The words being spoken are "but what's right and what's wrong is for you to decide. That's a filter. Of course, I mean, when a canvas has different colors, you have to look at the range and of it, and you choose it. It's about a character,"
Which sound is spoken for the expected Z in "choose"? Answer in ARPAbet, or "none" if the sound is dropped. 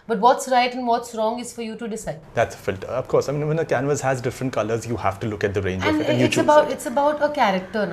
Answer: none